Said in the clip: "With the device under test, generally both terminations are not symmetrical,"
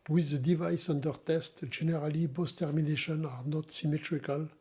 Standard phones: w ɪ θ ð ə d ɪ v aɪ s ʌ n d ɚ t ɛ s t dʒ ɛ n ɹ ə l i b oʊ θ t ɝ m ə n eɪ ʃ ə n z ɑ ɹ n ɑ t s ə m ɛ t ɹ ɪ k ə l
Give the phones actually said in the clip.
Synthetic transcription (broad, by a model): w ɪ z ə d ɪ v aɪ s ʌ n d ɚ t ɛ s t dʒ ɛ n ɹ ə l i b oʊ s t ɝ m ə n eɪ ʃ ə n ɑ ɹ n ɑ t s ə m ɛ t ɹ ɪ k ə l